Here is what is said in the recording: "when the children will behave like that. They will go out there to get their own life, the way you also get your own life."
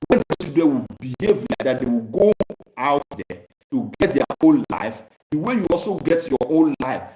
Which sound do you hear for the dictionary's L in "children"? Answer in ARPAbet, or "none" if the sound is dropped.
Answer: none